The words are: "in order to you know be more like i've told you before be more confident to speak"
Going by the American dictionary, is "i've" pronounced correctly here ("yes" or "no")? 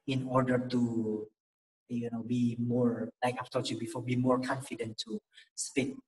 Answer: no